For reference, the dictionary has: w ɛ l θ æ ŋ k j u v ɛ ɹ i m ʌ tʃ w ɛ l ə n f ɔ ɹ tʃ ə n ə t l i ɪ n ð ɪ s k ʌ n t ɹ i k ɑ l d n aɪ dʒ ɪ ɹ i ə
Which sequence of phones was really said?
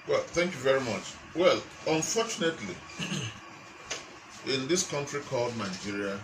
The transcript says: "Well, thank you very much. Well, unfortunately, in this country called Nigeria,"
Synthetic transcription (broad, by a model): w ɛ l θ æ ŋ k j u v ɛ ɹ i m ʌ tʃ w ɛ l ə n f ɔ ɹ tʃ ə n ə t l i ɪ n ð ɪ s k ʌ n t ɹ i k ɑ l d n aɪ dʒ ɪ ɹ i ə